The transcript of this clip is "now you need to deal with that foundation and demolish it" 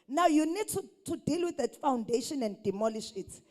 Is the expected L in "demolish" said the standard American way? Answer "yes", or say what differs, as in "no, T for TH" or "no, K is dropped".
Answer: yes